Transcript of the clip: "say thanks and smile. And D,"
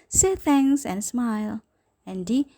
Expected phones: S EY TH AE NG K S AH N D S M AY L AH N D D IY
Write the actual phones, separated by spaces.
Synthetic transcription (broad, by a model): S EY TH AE NG S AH N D S M AY L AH N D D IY